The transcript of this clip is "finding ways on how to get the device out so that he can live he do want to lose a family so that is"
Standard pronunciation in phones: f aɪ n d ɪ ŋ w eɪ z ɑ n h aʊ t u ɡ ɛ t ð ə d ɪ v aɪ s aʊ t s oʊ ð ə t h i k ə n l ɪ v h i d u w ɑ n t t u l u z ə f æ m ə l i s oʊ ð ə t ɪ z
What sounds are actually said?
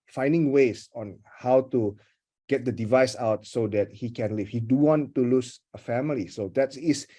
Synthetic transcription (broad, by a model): f aɪ n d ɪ ŋ w eɪ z ɑ n h aʊ t u ɡ ɛ t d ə d ɪ v aɪ s aʊ t s oʊ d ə t h i k ə n l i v h i d u w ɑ n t t u l u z ə f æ m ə l i s oʊ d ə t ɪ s